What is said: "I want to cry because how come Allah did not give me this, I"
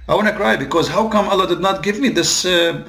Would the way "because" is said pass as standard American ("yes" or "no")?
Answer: yes